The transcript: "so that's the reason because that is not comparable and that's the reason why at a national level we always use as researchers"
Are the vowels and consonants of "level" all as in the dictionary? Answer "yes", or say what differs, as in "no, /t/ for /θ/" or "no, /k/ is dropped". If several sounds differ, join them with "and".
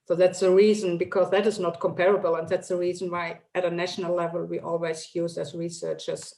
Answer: yes